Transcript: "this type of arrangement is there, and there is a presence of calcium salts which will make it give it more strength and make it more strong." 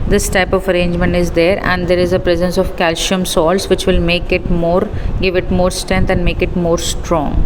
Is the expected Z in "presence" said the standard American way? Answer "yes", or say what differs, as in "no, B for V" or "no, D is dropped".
yes